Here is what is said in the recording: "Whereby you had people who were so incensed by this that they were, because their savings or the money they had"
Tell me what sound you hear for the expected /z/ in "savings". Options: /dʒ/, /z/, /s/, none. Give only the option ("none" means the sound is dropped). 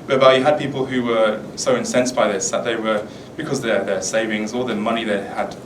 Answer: /z/